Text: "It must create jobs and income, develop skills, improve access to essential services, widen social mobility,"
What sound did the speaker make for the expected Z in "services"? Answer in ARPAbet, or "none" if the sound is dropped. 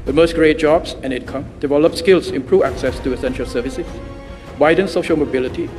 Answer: S